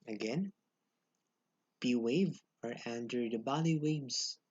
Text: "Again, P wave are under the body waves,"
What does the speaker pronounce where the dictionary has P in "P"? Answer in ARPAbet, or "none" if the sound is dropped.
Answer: B